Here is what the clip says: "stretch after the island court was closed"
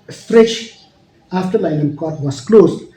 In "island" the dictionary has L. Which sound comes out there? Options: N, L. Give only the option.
N